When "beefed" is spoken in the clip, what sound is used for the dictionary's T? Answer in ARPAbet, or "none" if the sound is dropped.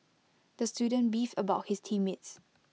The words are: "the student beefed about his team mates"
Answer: none